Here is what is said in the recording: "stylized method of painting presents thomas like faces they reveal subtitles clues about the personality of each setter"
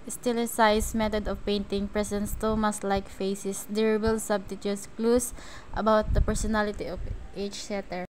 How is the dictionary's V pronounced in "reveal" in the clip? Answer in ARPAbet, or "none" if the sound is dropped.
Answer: B